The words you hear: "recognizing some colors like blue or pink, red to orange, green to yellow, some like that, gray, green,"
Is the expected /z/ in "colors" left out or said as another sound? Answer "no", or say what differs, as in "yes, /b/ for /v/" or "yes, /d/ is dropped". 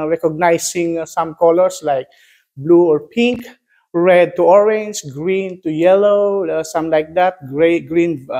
yes, /s/ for /z/